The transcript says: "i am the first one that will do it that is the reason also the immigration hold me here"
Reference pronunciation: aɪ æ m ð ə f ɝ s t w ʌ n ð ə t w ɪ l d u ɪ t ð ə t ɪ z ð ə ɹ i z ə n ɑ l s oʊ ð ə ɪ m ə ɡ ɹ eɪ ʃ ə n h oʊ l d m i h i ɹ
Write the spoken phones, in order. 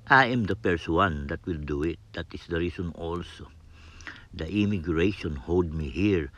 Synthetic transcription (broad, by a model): aɪ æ m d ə p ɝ s w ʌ n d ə t w ɪ l d u ɪ t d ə t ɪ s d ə ɹ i s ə n ɑ l s oʊ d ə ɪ m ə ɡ ɹ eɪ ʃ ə n h oʊ l d m i h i ɹ